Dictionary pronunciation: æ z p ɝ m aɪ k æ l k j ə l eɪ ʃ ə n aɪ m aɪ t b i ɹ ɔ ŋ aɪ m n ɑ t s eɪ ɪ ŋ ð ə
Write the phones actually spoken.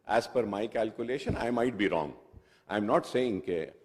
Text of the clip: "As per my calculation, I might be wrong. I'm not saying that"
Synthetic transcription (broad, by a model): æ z f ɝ m aɪ k æ l k j ə l eɪ ʃ ə n aɪ m aɪ t b i ɹ ɔ ŋ aɪ m n ɑ t s eɪ ɪ ŋ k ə